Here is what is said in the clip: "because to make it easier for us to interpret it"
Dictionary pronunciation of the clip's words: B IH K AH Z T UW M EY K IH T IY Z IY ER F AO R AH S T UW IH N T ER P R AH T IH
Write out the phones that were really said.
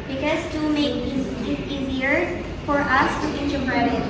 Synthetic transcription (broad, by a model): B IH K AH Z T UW M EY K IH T IY Z IY ER F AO R AH S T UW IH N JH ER B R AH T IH